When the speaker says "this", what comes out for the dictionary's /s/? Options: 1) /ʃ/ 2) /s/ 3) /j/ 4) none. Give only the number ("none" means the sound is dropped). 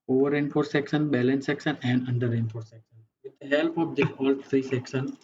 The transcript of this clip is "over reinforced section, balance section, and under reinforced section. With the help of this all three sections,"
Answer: 4